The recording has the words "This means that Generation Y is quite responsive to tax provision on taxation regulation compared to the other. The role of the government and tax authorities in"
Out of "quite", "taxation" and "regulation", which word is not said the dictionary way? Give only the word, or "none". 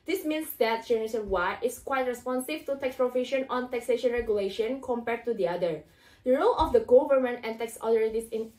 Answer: none